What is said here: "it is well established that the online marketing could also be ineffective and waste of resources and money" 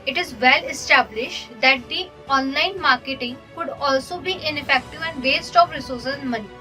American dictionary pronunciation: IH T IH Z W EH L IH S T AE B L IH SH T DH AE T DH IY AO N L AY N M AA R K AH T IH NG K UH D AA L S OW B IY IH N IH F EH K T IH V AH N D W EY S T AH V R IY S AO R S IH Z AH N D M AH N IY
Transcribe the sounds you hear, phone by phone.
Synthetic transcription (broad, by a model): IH T IH Z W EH L IH S T AE B L IH SH T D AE T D IY AO N L AY N M AA R K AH T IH NG K UH D AA L S OW B IY IH N IH F EH K T IH V AH N D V EY S T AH P R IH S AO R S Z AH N M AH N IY